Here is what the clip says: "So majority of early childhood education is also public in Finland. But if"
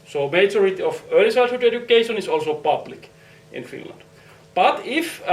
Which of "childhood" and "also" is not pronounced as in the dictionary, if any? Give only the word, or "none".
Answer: childhood